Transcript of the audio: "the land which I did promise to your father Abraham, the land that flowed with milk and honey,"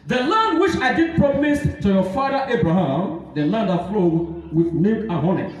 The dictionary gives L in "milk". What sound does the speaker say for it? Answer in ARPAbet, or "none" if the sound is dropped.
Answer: none